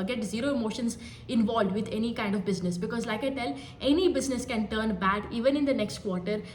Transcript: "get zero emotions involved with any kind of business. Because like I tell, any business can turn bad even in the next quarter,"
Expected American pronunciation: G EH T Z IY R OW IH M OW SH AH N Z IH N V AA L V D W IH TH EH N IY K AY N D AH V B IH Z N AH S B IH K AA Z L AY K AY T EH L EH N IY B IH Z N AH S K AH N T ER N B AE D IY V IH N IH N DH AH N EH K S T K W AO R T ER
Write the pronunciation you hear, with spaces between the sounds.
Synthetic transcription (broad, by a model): G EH T Z IY R OW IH M OW SH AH N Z IH N V AA L V D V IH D EH N IY K AY N D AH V B IH Z N AH S B IH K AA Z L AY K AY T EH L EH N IY B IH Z N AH S K AH N T ER N B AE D IY V IH N IH N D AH N EH K S T K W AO R T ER